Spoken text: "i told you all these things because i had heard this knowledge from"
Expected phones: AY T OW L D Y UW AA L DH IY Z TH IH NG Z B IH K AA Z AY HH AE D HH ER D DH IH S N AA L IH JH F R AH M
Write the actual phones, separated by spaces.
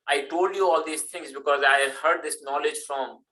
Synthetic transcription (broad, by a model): AY T OW L D Y UW AA L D IY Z T IH NG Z B IH K AA Z AY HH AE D HH ER D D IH S N AA L IH JH F R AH M